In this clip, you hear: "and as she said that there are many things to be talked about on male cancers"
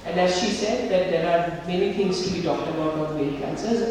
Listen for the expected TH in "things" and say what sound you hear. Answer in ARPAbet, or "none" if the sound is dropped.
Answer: T